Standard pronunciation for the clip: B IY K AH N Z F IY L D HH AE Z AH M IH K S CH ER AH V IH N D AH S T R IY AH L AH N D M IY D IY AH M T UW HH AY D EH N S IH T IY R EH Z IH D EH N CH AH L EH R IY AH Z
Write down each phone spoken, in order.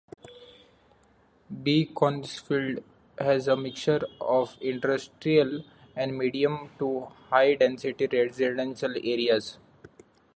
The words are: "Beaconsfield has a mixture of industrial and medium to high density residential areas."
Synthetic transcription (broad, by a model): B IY K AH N S F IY L D HH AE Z AH M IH K CH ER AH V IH N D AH S T R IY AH L AH N D M IY D IY AH M T UW HH AY D EH N S IH T IY R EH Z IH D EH N SH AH L EH R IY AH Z